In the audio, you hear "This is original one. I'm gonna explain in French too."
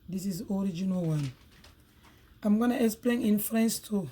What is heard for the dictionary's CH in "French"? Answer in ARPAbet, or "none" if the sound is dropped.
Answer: S